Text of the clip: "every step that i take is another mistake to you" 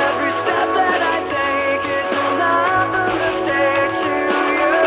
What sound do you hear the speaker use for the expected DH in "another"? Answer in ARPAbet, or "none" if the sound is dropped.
none